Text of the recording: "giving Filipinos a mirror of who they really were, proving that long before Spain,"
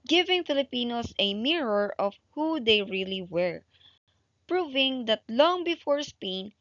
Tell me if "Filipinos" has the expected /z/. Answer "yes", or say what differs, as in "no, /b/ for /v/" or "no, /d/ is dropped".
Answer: no, /s/ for /z/